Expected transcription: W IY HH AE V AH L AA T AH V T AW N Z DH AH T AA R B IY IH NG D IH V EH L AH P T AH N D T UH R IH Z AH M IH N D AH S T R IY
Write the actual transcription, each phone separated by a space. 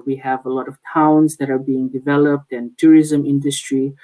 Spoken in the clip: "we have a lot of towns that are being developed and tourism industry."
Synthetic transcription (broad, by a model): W IY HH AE V AH L AA T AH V T AW N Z DH AH T AA R B IY IH NG D IH V EH L AH P T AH N T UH R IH Z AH M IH N D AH S T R IY